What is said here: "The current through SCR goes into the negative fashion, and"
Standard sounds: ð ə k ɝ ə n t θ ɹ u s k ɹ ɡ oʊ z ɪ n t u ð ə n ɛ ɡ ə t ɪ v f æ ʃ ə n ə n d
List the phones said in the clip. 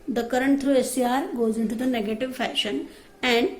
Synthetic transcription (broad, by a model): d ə k ɝ ə n t t ɹ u s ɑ ɹ ɡ oʊ z ɪ n t u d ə n ɛ ɡ ə t ɪ v f æ ʃ ə n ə n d